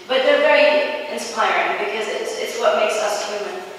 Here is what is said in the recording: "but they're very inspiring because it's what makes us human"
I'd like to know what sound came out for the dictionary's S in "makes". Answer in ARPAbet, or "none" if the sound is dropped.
S